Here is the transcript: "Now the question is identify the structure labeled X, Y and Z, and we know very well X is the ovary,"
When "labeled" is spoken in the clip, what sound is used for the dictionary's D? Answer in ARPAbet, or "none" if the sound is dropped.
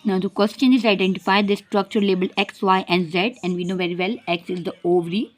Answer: none